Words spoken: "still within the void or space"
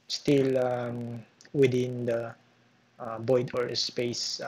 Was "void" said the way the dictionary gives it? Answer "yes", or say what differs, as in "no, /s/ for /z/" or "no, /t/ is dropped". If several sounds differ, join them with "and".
no, /b/ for /v/